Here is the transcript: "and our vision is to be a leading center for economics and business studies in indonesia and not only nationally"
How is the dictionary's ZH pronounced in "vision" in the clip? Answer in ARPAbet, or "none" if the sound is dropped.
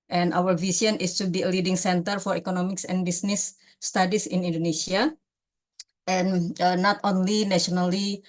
S